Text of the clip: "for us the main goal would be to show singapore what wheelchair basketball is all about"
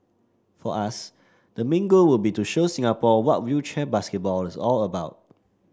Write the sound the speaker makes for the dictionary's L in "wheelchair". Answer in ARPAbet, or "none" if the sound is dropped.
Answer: none